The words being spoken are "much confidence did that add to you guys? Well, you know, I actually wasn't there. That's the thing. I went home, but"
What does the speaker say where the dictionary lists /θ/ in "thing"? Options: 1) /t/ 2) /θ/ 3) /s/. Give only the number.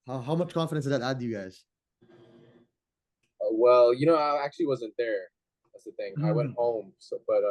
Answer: 2